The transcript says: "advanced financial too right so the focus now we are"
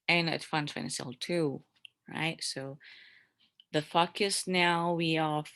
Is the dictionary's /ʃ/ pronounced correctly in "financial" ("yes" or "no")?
no